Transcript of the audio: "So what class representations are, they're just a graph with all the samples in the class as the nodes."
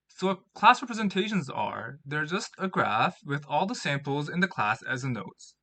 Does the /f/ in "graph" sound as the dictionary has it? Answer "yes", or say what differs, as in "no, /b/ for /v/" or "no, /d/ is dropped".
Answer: yes